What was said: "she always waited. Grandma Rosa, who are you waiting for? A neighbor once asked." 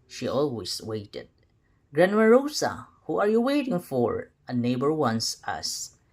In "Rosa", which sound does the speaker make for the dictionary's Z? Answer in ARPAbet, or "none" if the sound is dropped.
S